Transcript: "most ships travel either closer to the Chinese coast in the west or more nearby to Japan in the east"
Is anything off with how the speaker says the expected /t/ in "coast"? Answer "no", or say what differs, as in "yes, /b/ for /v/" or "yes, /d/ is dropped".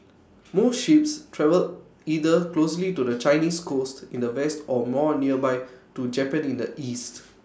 no